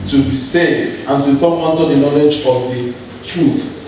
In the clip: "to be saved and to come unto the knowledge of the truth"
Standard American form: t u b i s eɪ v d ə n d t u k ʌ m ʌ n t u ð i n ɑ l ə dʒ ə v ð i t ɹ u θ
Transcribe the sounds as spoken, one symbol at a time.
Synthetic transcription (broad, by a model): t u b i s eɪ d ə n t u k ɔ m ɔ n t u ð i n ɑ l ə dʒ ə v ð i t ɹ u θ